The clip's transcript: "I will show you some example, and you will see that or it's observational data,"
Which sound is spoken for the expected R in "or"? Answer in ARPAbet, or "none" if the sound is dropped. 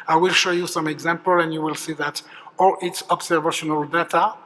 L